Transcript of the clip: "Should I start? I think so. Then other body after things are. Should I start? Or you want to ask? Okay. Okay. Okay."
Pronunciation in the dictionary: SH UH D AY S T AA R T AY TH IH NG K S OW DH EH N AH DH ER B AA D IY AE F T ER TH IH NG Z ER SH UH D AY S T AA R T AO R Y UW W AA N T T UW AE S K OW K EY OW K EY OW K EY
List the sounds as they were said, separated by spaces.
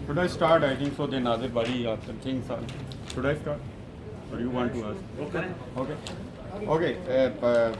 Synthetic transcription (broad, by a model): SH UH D AY S T AA R T AY T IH NG K S OW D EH N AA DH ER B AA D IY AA T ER T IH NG S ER SH UH D AY S T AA R T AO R Y UW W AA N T T UW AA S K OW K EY OW K EY OW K EY